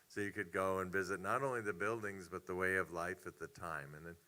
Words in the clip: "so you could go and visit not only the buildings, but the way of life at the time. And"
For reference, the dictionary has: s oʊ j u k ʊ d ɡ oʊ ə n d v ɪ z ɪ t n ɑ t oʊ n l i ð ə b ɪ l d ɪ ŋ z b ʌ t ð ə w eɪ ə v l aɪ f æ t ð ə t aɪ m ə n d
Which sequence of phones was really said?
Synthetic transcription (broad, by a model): s oʊ j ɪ k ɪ d ɡ oʊ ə n v ɪ z ɪ t n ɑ t oʊ n l i ð ə b ɪ l d ɪ ŋ z b ʌ t ð ə w eɪ ə v l aɪ f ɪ t ð ə t aɪ m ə n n